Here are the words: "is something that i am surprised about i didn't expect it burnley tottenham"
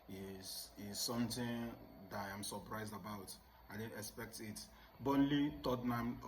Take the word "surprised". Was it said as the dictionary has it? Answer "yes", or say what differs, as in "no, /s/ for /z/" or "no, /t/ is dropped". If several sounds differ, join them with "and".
yes